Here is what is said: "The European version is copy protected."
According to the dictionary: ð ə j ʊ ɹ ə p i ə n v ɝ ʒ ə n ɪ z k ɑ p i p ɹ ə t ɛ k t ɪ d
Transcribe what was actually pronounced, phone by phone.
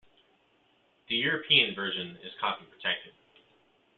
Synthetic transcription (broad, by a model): ð ə j ʊ ɹ ə p i ə n v ɝ ʒ ə n ɪ z k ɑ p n p ɹ ə t ɛ k t ɪ d